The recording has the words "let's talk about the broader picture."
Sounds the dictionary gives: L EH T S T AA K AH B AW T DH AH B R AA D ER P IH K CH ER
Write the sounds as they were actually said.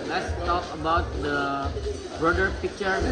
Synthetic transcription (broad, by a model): L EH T S T AA K AH B AW T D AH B AA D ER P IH K CH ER